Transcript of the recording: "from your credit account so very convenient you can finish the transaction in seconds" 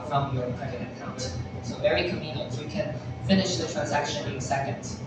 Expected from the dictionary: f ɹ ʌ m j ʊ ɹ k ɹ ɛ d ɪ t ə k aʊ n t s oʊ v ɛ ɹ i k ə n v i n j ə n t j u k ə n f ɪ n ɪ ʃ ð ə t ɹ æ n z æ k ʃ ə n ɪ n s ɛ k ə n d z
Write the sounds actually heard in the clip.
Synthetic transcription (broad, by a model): f ɹ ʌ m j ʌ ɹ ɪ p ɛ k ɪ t ə k aʊ n t s oʊ v ɛ ɹ i k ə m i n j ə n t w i k ə n f ɪ n ɪ ʃ ð ə t ɹ æ n z æ k ʃ ə n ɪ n s ɛ k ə n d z